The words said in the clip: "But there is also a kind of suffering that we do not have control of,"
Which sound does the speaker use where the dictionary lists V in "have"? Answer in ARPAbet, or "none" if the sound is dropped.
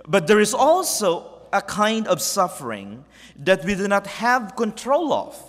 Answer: V